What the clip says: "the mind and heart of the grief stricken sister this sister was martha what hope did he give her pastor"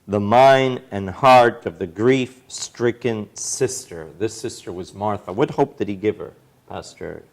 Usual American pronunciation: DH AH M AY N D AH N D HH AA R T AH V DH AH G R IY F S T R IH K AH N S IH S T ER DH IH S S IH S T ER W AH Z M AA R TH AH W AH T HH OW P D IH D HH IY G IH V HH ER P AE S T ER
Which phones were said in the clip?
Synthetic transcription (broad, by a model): DH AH M AY N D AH N HH AA R T AH V DH AH G R IY F S T R IH K AH N S IH S T ER DH IH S S IH S T ER W AH Z M AA R TH AH W AH T HH OW P D IH D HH IY G IH V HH ER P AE S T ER